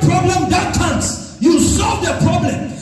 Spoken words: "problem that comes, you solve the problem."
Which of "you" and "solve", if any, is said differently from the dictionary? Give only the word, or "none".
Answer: none